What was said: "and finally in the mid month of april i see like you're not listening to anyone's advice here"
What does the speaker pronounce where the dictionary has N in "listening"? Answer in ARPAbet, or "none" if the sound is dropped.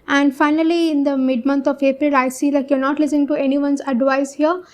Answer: none